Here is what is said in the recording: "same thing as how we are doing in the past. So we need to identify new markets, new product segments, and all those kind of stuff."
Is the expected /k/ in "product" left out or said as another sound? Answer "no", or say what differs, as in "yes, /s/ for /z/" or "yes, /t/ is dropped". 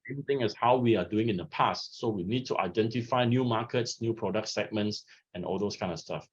no